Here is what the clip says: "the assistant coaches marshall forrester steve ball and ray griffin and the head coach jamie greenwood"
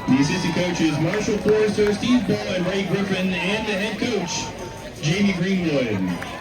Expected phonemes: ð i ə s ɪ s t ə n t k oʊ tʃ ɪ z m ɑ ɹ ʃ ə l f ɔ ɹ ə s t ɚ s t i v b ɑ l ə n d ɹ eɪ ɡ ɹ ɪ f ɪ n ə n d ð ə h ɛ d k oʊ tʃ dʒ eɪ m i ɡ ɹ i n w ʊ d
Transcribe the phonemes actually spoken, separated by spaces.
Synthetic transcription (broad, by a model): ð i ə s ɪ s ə k oʊ tʃ ɪ z m ɑ ɹ ʃ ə l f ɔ ɹ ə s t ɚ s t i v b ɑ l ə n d ɹ eɪ ɡ ɹ ɪ f ɪ n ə n ð ə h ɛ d k oʊ tʃ dʒ eɪ m i ɡ ɹ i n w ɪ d